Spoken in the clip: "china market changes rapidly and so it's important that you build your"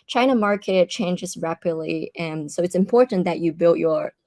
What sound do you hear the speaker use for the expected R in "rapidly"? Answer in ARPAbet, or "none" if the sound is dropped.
R